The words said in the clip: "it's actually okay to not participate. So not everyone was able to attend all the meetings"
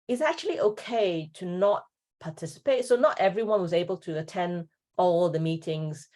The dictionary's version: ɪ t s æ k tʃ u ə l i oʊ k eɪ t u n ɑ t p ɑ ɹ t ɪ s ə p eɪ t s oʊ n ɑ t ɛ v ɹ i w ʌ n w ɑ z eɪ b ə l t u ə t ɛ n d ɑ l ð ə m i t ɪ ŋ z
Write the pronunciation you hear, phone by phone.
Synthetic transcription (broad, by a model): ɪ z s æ k tʃ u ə l i oʊ k eɪ t u n ɑ t p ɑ t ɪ s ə p eɪ t s oʊ n ɑ t ɛ v ɹ i w ʌ n w ɑ z eɪ b ə l t u ə t ɛ n d ɑ l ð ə m i t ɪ ŋ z